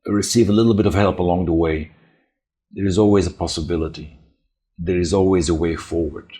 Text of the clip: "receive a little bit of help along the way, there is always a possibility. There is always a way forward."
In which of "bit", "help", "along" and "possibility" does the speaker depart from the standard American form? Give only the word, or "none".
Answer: none